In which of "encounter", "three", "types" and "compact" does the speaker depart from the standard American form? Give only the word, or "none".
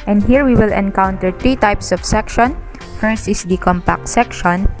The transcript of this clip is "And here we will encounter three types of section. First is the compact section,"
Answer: three